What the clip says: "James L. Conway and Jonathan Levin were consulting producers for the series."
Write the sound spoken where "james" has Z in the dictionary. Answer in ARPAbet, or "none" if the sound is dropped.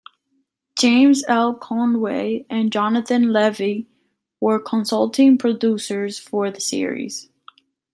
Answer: Z